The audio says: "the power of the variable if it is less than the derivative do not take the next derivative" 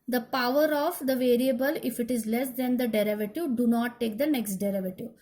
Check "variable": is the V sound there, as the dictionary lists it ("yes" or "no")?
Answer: yes